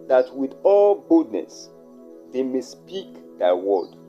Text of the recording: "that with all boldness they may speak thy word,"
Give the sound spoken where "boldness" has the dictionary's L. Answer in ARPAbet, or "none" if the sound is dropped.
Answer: none